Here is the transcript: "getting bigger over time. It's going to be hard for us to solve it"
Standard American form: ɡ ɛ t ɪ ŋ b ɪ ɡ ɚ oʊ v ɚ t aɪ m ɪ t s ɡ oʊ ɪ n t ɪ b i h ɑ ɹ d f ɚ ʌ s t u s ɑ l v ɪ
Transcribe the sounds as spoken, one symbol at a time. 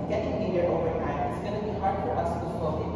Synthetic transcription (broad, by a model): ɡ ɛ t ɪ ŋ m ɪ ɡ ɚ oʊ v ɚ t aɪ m ɪ t s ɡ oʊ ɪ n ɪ b i h ɑ ɹ d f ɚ ʌ s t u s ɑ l ɪ